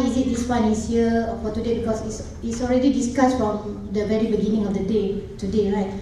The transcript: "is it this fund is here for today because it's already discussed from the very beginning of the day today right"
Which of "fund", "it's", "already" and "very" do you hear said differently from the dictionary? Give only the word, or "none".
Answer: fund